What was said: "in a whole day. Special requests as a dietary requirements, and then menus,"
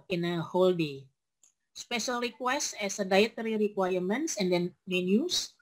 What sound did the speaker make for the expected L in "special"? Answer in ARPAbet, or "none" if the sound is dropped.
L